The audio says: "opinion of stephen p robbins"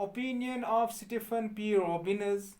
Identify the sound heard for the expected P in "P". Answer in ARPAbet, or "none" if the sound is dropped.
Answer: P